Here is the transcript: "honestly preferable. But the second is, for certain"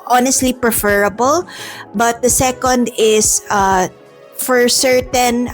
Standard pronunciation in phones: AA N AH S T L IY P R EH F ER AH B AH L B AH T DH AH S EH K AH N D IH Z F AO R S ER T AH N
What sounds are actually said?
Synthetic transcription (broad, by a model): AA N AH S T L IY P R EH F ER AH B AH L B AH T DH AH S EH K AH N D IH S F AO R S ER T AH N